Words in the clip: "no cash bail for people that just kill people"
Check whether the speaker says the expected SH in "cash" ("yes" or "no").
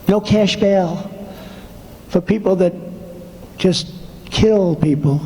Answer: yes